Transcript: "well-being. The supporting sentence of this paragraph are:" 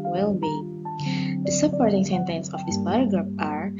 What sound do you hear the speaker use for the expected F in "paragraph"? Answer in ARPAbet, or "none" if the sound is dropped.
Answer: P